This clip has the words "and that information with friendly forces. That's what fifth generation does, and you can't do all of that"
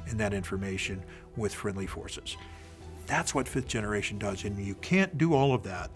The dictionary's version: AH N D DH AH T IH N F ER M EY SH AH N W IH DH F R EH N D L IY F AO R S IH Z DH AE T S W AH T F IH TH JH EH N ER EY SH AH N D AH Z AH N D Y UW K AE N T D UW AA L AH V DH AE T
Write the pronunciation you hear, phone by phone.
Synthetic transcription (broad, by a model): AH N DH AH T IH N F ER M EY SH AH N W IH DH F R EH N D L IY F AO R S IH Z DH AE T S W AH T F IH TH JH EH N ER EY SH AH N D AH Z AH N Y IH K AE N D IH AA L AH V DH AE T